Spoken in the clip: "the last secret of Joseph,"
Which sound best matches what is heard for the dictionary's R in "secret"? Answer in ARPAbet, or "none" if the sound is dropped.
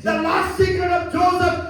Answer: none